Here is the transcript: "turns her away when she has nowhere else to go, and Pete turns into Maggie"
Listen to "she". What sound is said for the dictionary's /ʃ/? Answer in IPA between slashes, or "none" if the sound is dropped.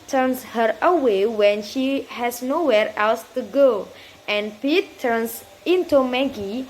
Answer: /ʃ/